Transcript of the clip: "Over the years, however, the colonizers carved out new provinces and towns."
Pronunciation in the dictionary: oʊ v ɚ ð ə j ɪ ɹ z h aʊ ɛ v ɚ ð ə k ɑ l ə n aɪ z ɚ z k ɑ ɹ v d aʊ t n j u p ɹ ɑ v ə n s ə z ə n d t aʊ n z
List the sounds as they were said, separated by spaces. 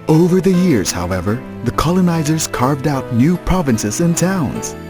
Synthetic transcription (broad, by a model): oʊ v ɚ ð ə j ɪ ɹ z h aʊ ɛ v ɚ ð ə k ɑ l ə n aɪ z ɚ z k ɑ ɹ v d aʊ t n j u p ɹ ɑ v ə n s ə z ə n t aʊ n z